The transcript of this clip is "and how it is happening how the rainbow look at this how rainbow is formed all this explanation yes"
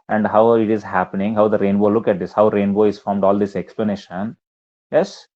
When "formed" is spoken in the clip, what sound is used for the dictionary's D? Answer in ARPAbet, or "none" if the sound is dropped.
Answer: D